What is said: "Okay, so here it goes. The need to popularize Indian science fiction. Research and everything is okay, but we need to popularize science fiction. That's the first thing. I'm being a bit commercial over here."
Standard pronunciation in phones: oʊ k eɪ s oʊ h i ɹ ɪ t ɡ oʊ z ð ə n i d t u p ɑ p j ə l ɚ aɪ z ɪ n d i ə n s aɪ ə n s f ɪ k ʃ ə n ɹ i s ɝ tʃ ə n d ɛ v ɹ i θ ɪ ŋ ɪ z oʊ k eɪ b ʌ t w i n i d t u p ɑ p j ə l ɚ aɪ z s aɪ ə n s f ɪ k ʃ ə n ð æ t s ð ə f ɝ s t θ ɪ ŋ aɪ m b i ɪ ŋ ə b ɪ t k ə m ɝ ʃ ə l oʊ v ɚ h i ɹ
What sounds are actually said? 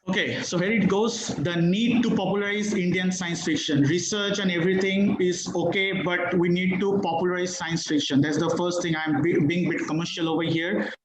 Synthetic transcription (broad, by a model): oʊ k eɪ s oʊ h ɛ ɹ ɪ t ɡ oʊ z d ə n i d t u p ɑ p j ə l ɚ aɪ z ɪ n d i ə n s aɪ ə n s f ɪ k ʃ ə n ɹ i s ɝ tʃ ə n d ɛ v ɹ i t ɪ ŋ ɪ z oʊ k eɪ b ʌ t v i n i d t u p ɑ p j ə l ɚ aɪ z s aɪ ə n s f ɪ k ʃ ə n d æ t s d ə f ɝ s t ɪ ŋ aɪ m b i ɪ ŋ ə b ɪ t k ə m ɝ ʃ ə l oʊ v ɚ h i ɹ